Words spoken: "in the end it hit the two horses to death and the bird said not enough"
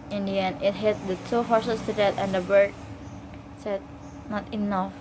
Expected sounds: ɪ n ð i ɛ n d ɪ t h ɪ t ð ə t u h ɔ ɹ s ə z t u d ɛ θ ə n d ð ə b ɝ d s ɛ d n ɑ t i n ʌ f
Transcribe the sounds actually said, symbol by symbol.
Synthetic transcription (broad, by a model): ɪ n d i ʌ n ɪ t h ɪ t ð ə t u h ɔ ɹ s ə s t u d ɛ t ə n d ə b ɝ d s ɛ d n ɑ t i n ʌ f